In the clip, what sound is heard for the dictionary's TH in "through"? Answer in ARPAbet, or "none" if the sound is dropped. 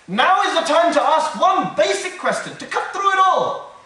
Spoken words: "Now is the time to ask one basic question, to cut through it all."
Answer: TH